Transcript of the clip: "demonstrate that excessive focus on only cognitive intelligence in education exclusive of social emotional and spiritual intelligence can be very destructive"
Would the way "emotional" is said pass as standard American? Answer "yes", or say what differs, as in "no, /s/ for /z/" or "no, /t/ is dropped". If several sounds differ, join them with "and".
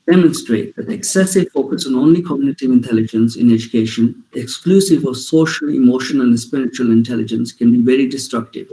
no, /n/ is dropped and /n/ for /l/